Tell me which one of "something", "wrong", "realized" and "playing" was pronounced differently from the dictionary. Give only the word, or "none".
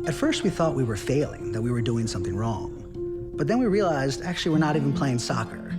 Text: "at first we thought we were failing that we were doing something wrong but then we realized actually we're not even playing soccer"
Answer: none